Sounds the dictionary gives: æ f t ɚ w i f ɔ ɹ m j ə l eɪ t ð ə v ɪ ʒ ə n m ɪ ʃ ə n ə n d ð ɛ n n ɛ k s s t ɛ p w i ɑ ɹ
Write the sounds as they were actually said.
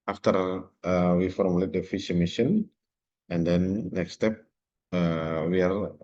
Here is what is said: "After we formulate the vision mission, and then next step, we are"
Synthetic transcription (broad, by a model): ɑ f t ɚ w i f ɔ ɹ m j ə l eɪ t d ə f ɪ ʃ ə m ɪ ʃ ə n ə n d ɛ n n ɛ k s s t ɛ p w i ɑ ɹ